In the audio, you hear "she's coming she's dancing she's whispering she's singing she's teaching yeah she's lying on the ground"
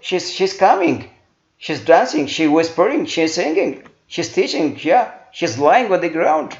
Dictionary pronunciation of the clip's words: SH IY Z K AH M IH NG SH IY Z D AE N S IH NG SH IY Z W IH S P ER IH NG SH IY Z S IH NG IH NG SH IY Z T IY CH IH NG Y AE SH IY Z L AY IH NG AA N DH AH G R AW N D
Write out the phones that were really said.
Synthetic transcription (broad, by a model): SH IY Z K AH M IH NG SH IY Z D AE N S IH NG SH IY W IH S P ER IH NG SH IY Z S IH NG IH NG SH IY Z T IY CH IH NG Y AE SH IY Z L AY IH NG AA N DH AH G R AW N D